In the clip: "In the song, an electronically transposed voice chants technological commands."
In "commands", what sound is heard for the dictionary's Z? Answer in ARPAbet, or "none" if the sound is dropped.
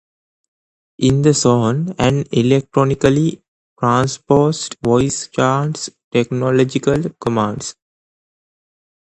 S